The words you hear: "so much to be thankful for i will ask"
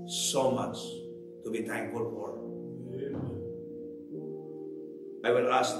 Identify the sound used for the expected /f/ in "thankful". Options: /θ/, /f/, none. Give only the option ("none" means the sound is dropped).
none